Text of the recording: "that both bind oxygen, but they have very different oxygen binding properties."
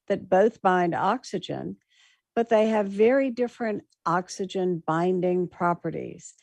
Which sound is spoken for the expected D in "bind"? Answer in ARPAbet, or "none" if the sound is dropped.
D